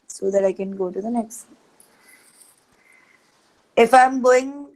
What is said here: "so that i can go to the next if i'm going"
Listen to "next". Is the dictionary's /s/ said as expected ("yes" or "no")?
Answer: yes